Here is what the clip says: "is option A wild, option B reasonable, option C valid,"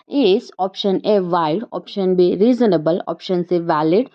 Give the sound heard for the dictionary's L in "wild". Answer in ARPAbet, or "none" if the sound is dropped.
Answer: none